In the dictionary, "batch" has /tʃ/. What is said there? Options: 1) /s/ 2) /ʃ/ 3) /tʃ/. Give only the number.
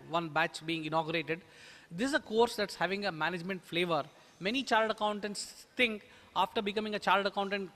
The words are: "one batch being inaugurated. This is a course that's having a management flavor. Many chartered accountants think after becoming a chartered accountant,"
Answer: 3